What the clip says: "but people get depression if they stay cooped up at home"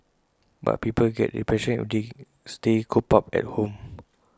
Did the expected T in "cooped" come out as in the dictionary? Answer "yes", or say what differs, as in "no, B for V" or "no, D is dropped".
no, T is dropped